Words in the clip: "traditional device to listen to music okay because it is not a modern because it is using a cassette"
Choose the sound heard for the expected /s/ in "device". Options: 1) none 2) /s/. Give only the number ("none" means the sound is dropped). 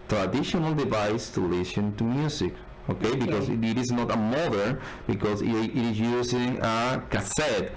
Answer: 2